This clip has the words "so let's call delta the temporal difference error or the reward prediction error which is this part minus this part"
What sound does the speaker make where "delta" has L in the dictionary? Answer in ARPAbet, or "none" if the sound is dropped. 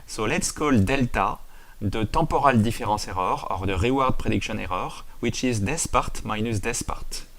L